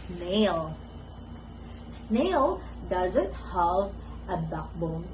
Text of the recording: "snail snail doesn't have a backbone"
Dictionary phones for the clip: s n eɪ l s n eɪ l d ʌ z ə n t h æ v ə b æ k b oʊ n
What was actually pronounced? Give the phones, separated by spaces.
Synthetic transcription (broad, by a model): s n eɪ l s n eɪ l d ʌ z ə n t h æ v ə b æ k b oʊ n